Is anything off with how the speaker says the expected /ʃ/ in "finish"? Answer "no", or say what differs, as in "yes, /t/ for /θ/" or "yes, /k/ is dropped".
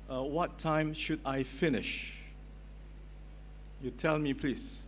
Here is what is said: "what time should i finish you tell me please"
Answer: no